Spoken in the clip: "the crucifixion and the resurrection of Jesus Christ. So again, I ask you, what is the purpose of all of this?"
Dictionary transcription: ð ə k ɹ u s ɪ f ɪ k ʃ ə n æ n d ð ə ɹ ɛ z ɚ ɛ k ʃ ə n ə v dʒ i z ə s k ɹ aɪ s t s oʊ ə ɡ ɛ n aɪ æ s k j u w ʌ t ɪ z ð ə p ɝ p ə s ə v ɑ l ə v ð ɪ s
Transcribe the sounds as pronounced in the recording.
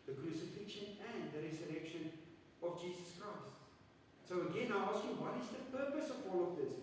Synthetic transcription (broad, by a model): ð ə k ɹ u s ɪ f ɪ k ʃ ə n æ n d ð ə ɹ ɛ z ɚ ɛ k ʃ ə n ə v dʒ i z ə s k ɹ aɪ s t s oʊ ə ɡ ɛ n aɪ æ s k j u w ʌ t ɪ z ð ə p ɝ p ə s ə v ɑ l ə v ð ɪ s